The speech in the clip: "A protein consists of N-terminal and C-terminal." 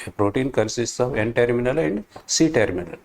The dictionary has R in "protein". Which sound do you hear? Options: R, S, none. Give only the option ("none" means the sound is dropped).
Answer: R